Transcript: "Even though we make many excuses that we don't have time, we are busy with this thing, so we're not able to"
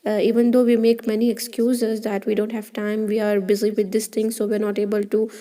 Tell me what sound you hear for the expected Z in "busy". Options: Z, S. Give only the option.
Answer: Z